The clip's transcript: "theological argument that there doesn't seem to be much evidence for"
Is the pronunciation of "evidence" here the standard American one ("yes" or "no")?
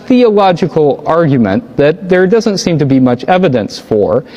yes